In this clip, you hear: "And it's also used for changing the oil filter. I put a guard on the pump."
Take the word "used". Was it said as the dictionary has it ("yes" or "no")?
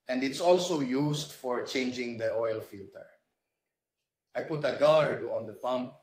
no